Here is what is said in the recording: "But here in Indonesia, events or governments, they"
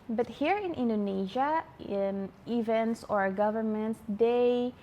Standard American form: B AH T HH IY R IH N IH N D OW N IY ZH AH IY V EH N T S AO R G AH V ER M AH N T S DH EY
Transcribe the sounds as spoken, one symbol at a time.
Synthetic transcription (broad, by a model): B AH T HH IY R IH N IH N D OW N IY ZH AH IY V EH N T S AO R G AH V ER M AH N T S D EY